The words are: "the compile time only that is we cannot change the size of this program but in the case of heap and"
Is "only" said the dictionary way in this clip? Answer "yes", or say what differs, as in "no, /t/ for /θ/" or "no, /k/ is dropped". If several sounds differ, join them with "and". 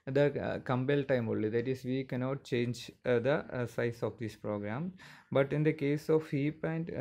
no, /n/ is dropped